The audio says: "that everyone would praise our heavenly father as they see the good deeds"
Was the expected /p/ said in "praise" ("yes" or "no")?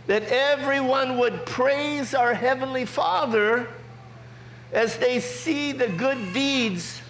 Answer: yes